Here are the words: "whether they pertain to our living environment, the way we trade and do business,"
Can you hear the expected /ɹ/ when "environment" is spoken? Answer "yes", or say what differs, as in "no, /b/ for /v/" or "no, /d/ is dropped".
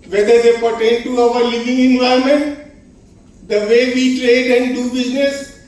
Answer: no, /ɹ/ is dropped